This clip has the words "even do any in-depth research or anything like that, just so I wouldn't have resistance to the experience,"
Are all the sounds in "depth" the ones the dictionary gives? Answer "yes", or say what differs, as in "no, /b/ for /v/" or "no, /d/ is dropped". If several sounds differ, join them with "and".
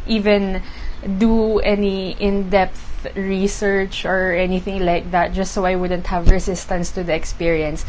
yes